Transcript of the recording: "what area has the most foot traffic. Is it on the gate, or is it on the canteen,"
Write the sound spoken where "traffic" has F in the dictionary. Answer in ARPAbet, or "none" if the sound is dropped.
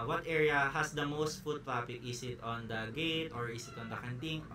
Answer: P